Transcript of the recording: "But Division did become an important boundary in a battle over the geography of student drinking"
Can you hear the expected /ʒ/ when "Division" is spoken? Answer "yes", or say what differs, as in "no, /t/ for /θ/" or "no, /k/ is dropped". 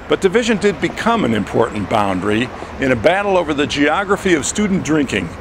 yes